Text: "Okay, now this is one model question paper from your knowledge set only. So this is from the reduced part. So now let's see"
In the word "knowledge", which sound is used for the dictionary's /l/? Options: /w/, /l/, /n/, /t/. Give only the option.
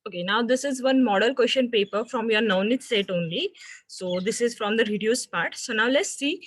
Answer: /n/